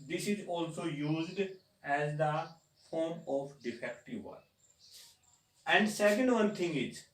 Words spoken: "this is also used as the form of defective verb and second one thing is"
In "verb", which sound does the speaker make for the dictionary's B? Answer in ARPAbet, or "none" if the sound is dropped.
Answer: none